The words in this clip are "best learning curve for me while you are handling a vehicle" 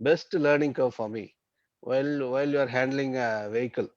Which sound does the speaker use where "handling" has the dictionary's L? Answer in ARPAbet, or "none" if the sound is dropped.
L